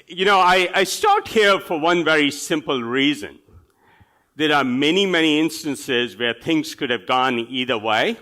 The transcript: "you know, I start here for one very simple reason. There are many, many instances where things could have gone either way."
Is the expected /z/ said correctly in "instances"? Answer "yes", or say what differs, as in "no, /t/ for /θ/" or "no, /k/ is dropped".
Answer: yes